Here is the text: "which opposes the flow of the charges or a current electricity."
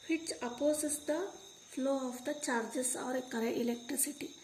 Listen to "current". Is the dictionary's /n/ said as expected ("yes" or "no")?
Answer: no